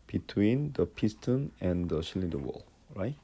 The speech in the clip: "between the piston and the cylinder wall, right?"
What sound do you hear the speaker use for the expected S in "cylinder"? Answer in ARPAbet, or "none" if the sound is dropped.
SH